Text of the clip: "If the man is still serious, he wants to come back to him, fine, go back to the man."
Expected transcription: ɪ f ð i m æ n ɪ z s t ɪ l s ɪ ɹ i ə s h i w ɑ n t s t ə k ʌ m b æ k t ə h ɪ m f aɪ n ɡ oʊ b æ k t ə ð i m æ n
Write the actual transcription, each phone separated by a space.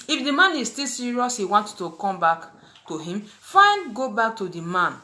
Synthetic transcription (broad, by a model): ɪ f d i m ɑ n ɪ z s t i l s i ɹ i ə s h i w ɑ n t t ə k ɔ m b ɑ k t ə h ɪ m f aɪ n ɡ oʊ b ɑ k t ə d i m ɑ n